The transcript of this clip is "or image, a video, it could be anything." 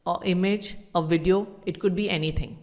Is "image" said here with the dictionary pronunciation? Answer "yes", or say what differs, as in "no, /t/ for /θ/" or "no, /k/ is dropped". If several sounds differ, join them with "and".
yes